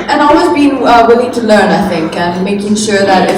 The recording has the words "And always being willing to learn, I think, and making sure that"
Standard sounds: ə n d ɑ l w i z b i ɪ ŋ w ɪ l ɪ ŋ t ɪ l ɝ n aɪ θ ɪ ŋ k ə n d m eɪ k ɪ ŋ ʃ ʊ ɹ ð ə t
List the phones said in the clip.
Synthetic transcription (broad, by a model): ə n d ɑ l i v b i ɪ w ɪ l ɪ ŋ t ɪ l ɝ n aɪ θ ɪ ŋ k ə n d m eɪ k ɪ ŋ ʃ ʊ ɹ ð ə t